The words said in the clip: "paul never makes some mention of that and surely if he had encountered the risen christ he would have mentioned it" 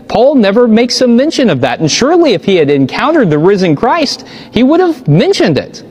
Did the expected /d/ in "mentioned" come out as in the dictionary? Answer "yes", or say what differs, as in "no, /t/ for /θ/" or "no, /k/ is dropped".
yes